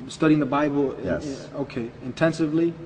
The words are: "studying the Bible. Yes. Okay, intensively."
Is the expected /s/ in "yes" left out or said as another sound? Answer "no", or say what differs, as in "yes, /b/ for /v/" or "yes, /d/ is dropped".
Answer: yes, /s/ is dropped